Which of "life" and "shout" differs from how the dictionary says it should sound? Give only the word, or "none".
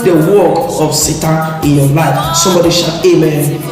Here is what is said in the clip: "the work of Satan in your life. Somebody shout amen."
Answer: shout